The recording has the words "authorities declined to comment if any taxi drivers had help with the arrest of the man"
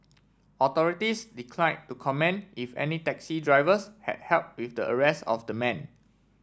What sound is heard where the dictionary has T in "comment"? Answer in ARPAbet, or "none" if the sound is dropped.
none